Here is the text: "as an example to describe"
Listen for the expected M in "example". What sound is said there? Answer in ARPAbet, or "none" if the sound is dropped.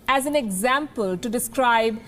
M